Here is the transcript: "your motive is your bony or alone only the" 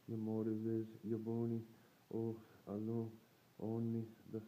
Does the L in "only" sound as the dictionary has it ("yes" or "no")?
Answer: no